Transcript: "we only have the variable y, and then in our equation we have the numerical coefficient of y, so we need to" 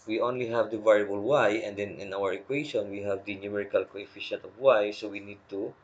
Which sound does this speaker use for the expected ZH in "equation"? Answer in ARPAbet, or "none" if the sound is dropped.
SH